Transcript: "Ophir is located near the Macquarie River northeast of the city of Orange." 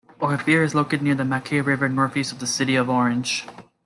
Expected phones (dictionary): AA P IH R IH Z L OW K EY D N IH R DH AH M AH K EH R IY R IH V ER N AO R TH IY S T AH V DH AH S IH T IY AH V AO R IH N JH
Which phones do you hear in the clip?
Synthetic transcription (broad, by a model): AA F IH R IH Z L OW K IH D N IH R DH AH M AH K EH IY R IH V ER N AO R F IY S AH V DH AH S IH T IY AH V AO R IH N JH